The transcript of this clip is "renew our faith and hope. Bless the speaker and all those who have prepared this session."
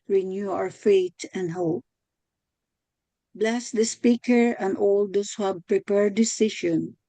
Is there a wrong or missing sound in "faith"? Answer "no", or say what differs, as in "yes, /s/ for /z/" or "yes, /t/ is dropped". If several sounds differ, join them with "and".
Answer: yes, /t/ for /θ/